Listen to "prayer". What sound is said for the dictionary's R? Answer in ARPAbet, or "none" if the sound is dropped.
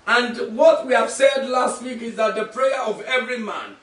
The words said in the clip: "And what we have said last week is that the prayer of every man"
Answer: R